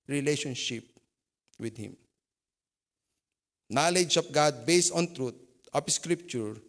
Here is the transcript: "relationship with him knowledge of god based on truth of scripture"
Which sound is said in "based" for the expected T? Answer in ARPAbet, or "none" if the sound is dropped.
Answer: none